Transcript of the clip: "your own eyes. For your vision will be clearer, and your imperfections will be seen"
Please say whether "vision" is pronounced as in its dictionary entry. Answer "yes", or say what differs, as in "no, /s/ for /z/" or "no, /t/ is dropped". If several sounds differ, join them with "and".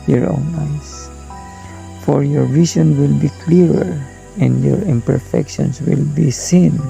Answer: no, /s/ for /ʒ/